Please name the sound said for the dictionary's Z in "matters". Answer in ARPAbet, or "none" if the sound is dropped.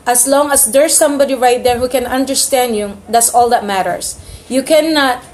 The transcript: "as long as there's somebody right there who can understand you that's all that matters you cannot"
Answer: S